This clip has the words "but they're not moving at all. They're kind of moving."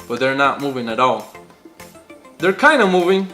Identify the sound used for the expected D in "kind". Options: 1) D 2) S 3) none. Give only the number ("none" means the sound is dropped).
1